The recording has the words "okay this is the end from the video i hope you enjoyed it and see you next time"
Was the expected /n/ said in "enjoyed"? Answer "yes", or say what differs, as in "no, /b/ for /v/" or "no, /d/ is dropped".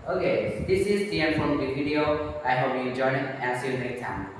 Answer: no, /n/ is dropped